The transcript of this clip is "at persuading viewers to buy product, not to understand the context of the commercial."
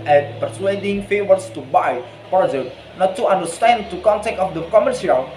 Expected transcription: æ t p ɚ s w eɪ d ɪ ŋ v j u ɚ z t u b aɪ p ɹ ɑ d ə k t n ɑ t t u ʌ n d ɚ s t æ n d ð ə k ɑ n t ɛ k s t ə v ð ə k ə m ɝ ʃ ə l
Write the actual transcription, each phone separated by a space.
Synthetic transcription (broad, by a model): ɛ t p ɚ s w eɪ d ɪ ŋ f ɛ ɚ s t u b aɪ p ɹ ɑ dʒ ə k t n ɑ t t u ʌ n d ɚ s t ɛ n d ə k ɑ n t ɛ k t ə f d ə k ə m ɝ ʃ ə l